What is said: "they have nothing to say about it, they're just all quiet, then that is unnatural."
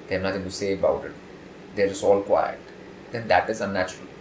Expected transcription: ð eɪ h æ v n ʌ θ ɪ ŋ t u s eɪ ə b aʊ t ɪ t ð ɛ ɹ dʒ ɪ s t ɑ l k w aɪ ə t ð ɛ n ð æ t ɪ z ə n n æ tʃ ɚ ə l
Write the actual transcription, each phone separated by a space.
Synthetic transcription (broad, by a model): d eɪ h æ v n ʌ t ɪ ŋ t u s eɪ ə b aʊ t ɪ t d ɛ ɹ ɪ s ɑ l k w aɪ ə t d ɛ n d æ t ɪ z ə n n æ tʃ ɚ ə l